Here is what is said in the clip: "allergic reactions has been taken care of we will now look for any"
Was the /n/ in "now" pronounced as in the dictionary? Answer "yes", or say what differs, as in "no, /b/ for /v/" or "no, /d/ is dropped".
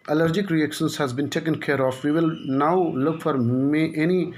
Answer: yes